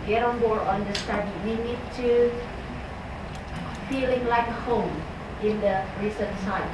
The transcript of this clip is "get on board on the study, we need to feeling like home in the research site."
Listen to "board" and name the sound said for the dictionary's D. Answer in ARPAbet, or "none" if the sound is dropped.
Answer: none